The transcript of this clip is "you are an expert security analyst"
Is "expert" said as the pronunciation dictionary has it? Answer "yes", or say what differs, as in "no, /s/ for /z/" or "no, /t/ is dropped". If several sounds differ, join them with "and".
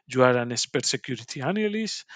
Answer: no, /k/ is dropped